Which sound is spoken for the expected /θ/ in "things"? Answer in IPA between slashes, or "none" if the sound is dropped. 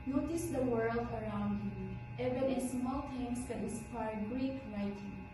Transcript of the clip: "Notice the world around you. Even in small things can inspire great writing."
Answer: /t/